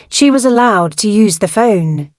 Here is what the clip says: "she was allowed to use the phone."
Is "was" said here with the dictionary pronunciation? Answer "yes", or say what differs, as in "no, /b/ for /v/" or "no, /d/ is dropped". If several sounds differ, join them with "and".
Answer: yes